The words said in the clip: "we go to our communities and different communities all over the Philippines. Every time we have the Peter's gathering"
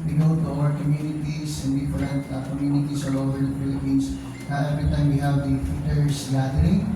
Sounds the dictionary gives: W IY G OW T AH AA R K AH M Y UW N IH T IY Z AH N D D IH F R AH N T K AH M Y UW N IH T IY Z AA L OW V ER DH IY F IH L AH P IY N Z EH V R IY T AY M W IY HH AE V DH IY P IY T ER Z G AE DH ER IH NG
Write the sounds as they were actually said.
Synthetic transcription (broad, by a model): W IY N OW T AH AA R K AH M Y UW N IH T IY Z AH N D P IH R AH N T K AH M Y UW N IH T IY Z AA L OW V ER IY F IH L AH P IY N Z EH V R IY T AY M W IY HH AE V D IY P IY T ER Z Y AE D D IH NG